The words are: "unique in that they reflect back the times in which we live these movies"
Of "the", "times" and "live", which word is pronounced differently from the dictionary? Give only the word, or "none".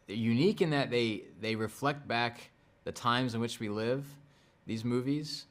none